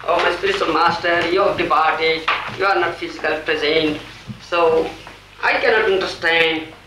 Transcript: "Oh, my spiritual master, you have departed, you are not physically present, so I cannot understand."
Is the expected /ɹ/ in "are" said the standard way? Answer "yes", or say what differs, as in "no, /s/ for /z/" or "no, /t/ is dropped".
yes